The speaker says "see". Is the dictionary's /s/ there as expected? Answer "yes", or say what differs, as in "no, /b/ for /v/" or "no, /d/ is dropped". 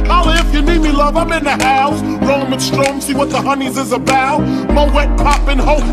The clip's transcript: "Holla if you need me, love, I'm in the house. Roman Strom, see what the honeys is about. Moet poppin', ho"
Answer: yes